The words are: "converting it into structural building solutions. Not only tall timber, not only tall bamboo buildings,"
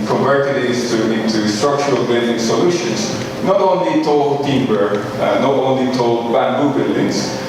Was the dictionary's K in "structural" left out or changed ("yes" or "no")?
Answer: no